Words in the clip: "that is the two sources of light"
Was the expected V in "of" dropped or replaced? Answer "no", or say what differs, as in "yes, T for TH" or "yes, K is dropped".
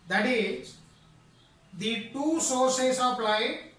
yes, P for V